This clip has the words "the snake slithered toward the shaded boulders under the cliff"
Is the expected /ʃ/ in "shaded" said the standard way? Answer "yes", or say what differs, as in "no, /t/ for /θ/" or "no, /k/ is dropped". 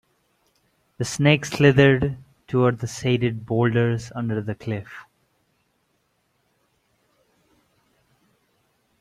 no, /s/ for /ʃ/